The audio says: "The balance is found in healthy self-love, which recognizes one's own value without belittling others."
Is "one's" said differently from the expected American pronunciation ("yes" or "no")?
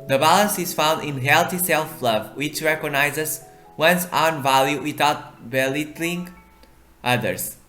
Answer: yes